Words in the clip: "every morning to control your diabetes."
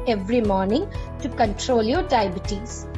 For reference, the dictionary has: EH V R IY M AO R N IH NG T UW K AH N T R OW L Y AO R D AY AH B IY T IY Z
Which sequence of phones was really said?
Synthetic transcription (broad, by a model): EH V R IY M AO R N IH NG T UW K AH N T R OW L Y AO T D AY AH B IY T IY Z